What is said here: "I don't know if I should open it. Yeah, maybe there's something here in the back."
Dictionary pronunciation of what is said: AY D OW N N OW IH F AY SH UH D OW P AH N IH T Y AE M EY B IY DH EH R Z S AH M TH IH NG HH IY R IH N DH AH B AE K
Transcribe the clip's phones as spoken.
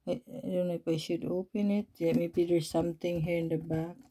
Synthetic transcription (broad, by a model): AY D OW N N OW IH P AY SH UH D OW P AH N IH T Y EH M EY B IY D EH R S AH M T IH NG HH IY R IH N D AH B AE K